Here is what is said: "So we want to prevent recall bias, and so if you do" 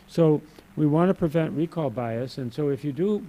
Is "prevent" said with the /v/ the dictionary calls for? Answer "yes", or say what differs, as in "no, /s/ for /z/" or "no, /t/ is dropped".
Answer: yes